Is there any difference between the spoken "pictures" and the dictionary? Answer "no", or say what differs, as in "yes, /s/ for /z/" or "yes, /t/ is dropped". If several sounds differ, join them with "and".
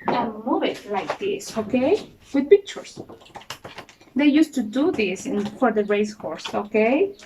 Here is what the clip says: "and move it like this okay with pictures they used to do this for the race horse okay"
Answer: yes, /s/ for /z/